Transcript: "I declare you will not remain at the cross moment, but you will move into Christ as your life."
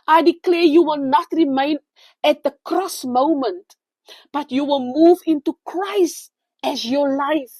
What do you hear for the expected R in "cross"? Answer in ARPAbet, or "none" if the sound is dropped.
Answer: R